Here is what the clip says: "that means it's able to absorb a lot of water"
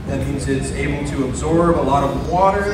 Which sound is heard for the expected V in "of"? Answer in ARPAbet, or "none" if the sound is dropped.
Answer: V